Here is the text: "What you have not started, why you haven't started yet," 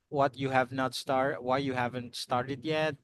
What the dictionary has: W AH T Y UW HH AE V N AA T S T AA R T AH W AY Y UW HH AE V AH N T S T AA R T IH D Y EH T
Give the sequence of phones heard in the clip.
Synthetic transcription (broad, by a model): W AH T Y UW HH AE V N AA T S T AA R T W AY Y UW HH AE V AH N T S T AA R T IH D Y EH T